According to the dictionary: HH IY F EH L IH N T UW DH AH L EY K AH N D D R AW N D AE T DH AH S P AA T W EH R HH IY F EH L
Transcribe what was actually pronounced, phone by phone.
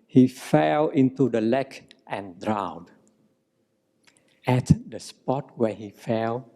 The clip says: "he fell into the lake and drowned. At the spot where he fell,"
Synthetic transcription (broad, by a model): HH IY F EH L IH N T UW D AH L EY K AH N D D R AW D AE T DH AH S P AA T W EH HH IY F EH L